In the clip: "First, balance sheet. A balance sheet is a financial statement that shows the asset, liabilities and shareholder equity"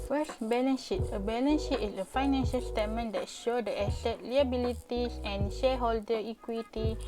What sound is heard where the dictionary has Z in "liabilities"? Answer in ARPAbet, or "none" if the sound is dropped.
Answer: S